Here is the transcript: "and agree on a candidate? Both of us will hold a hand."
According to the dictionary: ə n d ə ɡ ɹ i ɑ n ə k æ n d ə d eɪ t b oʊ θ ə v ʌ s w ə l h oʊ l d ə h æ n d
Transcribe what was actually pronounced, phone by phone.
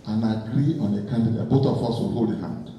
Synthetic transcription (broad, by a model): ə n ə ɡ ɹ i ɑ n ə k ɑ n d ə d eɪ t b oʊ t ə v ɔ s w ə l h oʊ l ə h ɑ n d